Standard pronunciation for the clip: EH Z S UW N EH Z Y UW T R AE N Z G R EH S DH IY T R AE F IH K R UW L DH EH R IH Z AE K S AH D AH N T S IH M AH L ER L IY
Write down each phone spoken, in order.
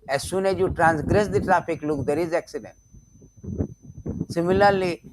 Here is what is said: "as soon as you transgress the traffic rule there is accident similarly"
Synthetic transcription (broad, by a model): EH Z S UW N EH Z Y UW T R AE N S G R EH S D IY T R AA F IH K L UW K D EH R IH Z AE K S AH D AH N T S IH M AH L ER L IY